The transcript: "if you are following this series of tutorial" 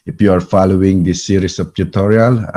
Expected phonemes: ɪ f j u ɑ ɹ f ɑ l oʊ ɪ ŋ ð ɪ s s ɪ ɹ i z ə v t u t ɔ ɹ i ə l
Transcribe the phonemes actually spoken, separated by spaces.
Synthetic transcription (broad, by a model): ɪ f j u ɑ ɹ f ɑ l oʊ ɪ ŋ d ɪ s s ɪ ɹ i s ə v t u t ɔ ɹ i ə l